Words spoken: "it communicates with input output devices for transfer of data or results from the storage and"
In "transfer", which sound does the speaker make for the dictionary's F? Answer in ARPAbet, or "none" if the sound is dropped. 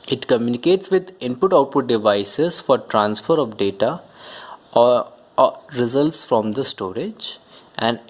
F